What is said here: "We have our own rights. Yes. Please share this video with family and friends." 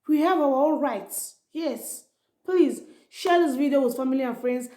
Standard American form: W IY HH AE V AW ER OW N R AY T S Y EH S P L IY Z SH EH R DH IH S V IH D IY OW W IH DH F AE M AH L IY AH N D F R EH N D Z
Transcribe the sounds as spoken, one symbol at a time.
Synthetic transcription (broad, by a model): W IY HH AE V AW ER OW L R AY T S Y EH S P L IY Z SH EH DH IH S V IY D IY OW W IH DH F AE M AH L IY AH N F R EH N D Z